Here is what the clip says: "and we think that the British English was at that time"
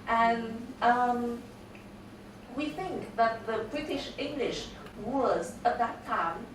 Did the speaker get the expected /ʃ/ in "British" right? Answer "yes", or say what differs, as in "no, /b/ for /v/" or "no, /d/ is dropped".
yes